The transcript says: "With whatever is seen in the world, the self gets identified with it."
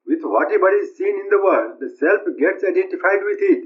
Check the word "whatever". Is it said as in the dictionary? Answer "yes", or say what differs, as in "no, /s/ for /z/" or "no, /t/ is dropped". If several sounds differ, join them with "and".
no, /b/ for /v/